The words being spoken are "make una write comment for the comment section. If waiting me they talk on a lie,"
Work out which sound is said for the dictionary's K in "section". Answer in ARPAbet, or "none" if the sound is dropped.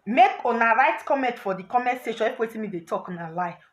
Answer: none